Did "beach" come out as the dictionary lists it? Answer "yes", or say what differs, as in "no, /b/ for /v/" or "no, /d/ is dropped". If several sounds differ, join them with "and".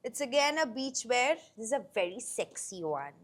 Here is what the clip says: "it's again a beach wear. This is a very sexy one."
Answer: yes